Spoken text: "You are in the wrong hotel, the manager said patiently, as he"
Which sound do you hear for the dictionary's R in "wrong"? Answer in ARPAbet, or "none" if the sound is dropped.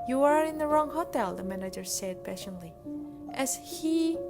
R